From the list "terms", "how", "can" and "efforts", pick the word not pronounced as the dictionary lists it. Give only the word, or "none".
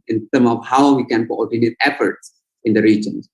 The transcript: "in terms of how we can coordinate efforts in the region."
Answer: terms